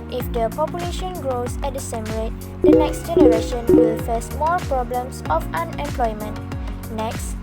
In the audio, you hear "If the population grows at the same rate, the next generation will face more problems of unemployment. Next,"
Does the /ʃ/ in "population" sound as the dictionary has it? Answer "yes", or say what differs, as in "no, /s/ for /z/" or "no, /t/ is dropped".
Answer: yes